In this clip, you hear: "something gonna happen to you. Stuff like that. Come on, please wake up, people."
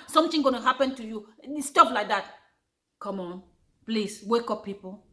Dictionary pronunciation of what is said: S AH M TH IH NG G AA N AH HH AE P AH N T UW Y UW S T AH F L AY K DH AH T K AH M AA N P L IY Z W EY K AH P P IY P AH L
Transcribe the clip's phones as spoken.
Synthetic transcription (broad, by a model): S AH M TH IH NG G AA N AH HH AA P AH N T UW Y UW S T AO P L AY K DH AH T K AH M AA N P L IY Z W EY K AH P P IY P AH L